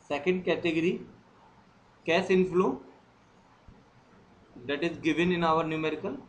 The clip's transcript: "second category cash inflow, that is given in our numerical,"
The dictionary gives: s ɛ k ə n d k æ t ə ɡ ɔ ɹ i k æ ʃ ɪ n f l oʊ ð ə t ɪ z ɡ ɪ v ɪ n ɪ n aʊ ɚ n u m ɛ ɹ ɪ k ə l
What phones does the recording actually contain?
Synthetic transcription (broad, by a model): s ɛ k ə n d k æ t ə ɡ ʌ ɹ i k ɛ s ɪ n f l oʊ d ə t ɪ z ɡ ɪ v ɪ n ɪ n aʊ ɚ n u m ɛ ɹ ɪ k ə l